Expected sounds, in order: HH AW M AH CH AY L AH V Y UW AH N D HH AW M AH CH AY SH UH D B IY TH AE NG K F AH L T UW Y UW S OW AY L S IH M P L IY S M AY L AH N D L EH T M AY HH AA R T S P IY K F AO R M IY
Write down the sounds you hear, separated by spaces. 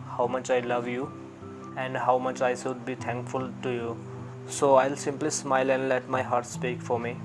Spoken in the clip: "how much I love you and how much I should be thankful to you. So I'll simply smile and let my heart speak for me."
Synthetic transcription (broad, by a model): HH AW M AH CH AY L AH V Y UW AH N D HH AW M AH CH AY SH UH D B IY T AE NG K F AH L T UW Y UW S OW AY L S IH M P L IY S M AY L AH N D L EH T M AY HH AA R T S P IY K F AO R M IY